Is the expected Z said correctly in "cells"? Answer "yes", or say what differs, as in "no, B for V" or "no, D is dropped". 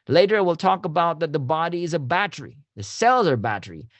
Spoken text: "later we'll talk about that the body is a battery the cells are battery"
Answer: yes